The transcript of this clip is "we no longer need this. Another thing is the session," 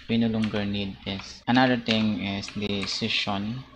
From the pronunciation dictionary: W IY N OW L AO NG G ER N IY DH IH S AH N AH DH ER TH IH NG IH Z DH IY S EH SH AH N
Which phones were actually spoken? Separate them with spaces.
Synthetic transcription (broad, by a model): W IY N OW L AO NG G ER N IY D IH S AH N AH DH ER T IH NG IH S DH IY S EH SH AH N